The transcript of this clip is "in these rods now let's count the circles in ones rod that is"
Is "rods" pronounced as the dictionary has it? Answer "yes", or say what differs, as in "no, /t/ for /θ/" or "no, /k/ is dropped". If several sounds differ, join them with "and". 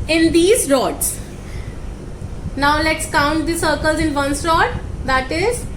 no, /s/ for /z/